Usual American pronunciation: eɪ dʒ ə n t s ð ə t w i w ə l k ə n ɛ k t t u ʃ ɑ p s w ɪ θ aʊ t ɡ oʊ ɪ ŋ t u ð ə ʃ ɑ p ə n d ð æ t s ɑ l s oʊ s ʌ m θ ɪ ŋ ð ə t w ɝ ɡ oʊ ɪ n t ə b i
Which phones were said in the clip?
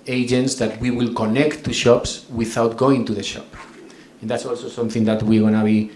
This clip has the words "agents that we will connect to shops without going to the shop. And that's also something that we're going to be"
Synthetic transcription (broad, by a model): eɪ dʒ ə n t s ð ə t w i w ə l k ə n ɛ k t t u ʃ ɑ p s w ɪ θ aʊ t ɡ oʊ ɪ ŋ t u ð ə ʃ ɑ p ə n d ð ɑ t s ɑ l s oʊ s ʌ m θ ɪ ŋ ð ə t w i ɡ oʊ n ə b i